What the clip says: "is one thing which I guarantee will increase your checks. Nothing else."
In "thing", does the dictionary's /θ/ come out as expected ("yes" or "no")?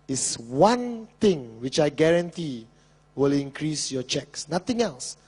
no